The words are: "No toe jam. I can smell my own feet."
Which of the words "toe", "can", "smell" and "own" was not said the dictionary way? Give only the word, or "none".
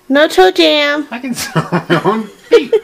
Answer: smell